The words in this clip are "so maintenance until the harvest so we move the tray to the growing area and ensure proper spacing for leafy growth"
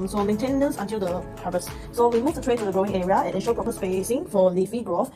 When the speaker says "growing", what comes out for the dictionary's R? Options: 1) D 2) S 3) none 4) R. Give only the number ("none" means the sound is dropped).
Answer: 4